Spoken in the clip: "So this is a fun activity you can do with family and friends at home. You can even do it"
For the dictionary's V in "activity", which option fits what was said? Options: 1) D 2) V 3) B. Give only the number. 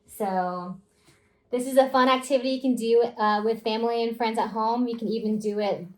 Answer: 2